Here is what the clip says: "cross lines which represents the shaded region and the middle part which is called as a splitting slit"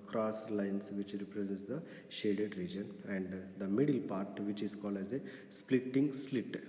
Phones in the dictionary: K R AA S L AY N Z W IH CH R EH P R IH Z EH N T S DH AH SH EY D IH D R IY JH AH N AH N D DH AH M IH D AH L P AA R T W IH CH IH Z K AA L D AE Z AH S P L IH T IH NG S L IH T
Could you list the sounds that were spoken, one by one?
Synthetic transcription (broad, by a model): K R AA S L AY N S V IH CH R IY P R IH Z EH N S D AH SH EY D IH D R IY JH AH N AH N D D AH M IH D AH L P AA R T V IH CH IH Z K AA L D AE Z AH S P L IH T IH NG S L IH T